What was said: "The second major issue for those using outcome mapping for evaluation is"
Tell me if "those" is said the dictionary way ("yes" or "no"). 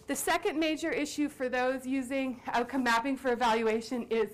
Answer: yes